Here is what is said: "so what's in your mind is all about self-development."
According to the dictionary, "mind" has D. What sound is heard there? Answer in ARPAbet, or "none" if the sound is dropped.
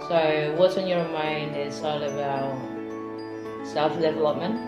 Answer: D